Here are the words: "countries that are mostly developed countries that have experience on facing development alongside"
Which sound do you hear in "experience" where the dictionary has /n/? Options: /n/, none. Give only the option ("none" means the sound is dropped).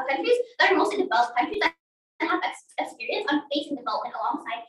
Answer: /n/